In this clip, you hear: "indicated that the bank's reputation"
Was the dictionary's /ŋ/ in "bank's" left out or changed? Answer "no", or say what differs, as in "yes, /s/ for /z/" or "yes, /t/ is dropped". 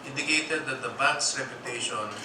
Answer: yes, /ŋ/ is dropped